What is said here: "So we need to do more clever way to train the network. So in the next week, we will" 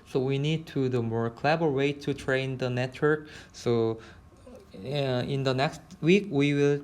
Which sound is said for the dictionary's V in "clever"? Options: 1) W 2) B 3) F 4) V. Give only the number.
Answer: 2